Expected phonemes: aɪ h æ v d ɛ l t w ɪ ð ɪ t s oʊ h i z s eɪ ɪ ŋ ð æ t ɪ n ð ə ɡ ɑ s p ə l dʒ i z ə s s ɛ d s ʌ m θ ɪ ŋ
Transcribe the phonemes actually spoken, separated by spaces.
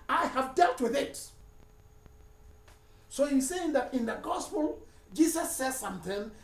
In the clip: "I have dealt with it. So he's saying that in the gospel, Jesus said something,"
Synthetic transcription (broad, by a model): aɪ h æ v d ɛ l t w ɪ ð ɪ t s oʊ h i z s eɪ ɪ ŋ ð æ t ɪ n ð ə ɡ ɑ s p ə l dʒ i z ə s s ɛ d s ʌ m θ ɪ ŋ